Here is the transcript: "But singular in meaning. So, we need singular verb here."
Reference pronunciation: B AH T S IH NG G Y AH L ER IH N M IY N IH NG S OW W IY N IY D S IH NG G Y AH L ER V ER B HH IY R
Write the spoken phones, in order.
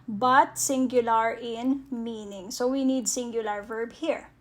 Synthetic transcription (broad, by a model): B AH T S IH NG G Y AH L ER IH N M IY N IH NG S OW W IY N IY D S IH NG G Y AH L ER V ER B HH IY R